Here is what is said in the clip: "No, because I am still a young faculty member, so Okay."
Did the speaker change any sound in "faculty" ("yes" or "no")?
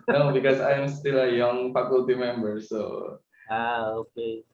yes